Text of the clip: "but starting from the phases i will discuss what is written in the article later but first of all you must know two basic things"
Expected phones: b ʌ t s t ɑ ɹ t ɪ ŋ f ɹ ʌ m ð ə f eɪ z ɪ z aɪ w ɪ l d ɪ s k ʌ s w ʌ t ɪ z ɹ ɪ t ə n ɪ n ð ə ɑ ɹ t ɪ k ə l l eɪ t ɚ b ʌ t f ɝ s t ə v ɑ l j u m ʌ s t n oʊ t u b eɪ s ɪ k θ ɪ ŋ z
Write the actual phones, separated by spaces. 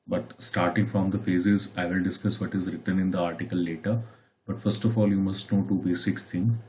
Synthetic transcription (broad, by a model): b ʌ t s t ɑ ɹ t ɪ ŋ f ɹ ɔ m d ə f eɪ z ɪ z aɪ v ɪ l d ɪ s k ʌ s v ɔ t ɪ z ɹ ɪ t ə n ɪ n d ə ɑ ɹ t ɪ k ə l l eɪ t ɚ b ʌ t f ɝ s t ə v ɑ l j u m ʌ s t n oʊ t u b eɪ s ɪ k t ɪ ŋ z